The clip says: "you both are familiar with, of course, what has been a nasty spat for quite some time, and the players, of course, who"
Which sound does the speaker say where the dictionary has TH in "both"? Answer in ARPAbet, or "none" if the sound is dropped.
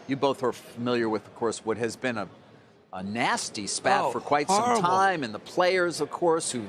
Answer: TH